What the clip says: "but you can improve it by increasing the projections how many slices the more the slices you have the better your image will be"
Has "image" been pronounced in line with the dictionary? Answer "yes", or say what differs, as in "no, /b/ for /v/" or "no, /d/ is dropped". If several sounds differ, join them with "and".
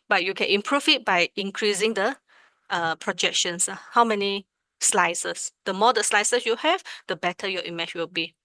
no, /tʃ/ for /dʒ/